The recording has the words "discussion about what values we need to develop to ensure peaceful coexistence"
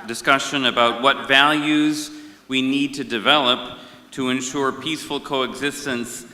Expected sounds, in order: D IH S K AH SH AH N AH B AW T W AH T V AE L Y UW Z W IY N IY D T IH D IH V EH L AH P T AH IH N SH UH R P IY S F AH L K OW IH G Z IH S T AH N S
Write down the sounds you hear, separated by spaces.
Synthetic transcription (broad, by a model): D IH S K AH SH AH N AH B AW T W AH T V AE L Y UW Z W IY N IY D T IH D IH V EH L AH P T AH IH N SH UH R P IY S F L K OW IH G Z IH S T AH N S